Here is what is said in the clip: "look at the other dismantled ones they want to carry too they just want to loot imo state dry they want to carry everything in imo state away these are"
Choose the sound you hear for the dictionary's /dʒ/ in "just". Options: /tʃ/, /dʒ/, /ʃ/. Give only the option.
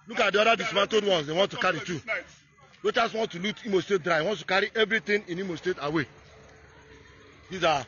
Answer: /tʃ/